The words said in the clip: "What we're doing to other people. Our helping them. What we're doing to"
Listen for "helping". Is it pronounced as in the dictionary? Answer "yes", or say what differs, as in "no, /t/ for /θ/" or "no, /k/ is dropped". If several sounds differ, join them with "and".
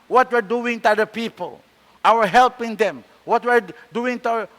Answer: yes